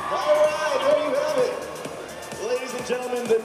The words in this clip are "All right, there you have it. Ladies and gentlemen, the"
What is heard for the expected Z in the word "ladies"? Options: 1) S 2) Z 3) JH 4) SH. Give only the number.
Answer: 2